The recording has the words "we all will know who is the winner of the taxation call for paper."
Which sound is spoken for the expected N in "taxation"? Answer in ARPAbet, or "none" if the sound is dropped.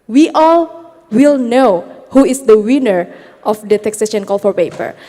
N